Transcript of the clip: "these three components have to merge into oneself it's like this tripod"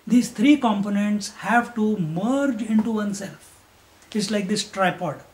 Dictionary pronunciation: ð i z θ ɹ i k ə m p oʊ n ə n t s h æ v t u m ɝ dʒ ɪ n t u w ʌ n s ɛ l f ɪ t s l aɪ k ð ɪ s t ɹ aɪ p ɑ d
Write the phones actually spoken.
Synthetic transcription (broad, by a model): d i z t ɹ i k ə m p oʊ n ə n t s h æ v t u m ɝ dʒ ɪ n t u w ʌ n s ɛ l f ɪ t s l aɪ k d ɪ s t ɹ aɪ p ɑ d